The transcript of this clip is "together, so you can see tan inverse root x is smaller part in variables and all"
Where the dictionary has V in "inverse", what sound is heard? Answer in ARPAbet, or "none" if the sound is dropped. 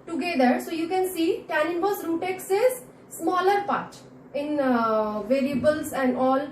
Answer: B